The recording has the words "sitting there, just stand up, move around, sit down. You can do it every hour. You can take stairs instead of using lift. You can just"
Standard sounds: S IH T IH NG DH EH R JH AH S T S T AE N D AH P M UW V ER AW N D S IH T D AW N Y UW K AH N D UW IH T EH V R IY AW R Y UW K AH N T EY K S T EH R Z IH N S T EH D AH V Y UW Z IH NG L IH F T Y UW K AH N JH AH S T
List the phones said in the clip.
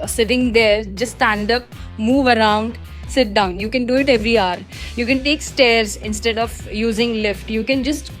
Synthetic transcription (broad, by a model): S IH T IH NG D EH R JH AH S S T AE N D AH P M UW V ER AW N D S IH T D AW N Y UW K AH N D UW IH T EH V R IY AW R Y UW K AH N T EY K S T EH R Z IH N S T EH D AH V Y UW Z IH NG L IH F T Y UW K AH N JH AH S T